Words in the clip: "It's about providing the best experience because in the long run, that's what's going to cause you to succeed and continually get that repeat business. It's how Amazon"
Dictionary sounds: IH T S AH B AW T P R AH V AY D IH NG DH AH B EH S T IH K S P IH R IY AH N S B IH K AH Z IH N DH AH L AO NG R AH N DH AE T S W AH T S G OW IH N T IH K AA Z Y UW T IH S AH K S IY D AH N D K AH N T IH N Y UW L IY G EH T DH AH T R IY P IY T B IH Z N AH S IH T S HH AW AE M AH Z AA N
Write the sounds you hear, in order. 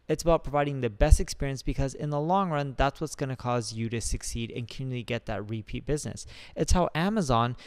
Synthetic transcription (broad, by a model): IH T S AH B AW T P R AH V AY D IH NG DH AH B EH S T IH K S P IH R IY AH N S B IH K AH Z IH N DH AH L AO NG R AH N DH AE T S W AH T S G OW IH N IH K AA Z Y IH T IH S AH K S IY D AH N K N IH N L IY G EH T DH AH T R IY P IY T B IH Z N AH S IH T S HH AW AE M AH Z AA N